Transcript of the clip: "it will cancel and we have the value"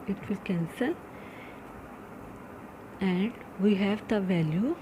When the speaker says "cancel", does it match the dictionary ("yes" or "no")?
no